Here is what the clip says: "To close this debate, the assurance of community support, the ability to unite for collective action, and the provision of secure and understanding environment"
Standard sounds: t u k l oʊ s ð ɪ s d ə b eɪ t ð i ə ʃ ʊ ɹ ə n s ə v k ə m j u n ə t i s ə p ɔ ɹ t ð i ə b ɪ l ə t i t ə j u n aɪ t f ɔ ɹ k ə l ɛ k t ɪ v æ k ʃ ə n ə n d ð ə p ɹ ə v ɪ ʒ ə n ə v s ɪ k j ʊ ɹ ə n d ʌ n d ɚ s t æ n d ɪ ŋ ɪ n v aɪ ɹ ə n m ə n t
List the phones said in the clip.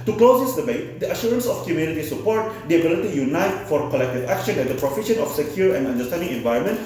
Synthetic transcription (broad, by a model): t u k l oʊ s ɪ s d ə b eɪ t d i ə ʃ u ɹ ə n s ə f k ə m j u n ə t i s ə p ɔ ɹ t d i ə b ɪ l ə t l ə j u n aɪ t f ɔ ɹ k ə l ɛ k t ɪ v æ k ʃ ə n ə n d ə p ɹ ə f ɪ ʃ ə n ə f s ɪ k j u ɹ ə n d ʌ n d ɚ s t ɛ n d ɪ ŋ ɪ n v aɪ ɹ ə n m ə n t